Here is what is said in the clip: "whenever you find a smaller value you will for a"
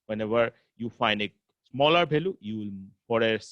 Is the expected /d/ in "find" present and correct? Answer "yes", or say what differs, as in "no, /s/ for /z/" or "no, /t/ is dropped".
yes